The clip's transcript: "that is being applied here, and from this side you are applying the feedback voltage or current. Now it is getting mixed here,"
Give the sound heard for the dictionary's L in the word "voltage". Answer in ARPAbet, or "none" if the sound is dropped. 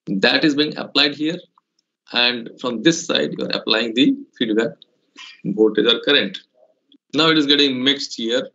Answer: none